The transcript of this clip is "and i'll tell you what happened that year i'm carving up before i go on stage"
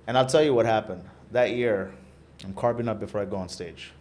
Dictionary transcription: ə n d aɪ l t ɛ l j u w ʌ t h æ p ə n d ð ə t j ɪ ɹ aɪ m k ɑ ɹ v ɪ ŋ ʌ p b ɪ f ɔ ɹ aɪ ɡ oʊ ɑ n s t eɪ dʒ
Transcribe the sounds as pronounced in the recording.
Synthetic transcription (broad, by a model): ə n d aɪ l t ɛ l j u w ʌ t h æ p ə n d ð ə t j ɪ ɹ aɪ m k ɑ ɹ p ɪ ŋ ʌ p b ɪ f ɔ ɹ aɪ ɡ oʊ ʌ n s t eɪ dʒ